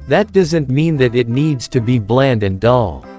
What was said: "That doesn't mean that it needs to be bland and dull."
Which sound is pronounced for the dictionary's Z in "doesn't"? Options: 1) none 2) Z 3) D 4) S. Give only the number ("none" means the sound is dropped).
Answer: 2